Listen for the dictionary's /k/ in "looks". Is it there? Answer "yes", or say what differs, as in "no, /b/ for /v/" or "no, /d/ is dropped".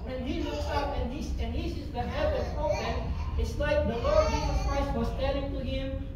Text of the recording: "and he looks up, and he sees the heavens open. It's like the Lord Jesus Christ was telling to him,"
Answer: no, /k/ is dropped